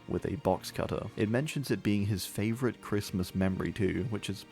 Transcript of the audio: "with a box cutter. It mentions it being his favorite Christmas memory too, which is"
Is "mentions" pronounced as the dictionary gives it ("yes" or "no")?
yes